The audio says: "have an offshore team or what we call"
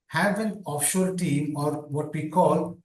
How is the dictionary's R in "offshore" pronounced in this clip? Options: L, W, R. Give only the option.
L